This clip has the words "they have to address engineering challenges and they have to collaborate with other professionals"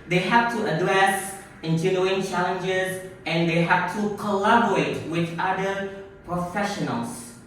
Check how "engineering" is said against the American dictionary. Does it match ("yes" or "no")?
no